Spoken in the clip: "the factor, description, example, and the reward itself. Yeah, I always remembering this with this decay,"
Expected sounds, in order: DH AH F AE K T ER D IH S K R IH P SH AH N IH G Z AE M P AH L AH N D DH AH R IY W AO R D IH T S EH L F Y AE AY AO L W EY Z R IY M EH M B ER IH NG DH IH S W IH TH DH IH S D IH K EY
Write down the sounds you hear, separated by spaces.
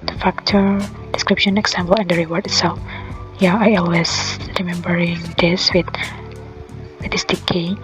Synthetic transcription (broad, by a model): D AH F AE K T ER D IH S K R IH P SH AH N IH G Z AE M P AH L AH N D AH R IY W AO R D IH T S EH L F Y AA AY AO L W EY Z R IY M EH M B ER IH NG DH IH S W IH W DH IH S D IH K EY